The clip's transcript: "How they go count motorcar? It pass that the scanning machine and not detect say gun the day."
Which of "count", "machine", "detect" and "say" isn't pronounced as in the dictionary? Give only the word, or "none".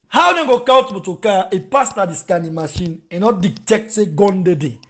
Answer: count